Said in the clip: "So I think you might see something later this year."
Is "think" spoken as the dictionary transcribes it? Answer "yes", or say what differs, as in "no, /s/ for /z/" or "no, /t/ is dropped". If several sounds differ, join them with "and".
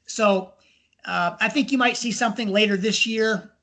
yes